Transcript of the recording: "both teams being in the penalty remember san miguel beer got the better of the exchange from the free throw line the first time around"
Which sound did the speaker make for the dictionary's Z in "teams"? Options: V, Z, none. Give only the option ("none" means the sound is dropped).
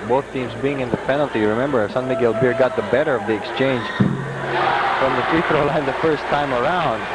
Z